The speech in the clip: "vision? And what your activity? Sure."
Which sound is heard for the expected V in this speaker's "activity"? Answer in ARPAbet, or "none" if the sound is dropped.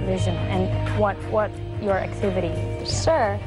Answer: V